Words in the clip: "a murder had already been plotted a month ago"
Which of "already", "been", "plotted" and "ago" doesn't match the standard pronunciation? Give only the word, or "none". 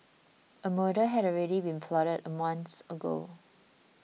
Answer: plotted